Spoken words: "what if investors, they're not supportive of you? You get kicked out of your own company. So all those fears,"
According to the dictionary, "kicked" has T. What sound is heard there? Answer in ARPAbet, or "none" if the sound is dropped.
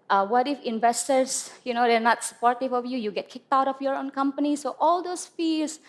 T